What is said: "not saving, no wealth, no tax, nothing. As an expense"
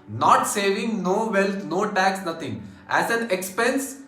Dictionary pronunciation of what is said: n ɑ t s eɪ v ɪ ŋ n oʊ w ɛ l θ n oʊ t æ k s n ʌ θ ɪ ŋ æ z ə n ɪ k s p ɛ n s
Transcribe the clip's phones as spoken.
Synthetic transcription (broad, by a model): n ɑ t s eɪ v ɪ ŋ n oʊ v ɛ l t n oʊ t æ k s n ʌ t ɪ ŋ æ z ə n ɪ k s p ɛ n s